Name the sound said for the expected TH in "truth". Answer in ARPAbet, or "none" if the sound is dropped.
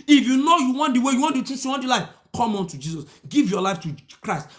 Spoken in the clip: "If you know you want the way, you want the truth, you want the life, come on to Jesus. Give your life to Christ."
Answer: S